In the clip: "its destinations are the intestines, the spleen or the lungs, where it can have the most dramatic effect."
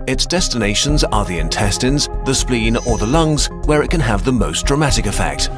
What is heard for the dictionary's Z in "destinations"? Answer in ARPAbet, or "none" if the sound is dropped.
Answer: Z